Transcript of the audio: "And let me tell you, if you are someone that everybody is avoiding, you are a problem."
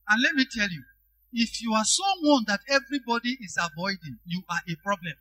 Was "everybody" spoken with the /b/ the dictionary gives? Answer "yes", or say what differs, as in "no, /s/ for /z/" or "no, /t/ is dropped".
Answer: yes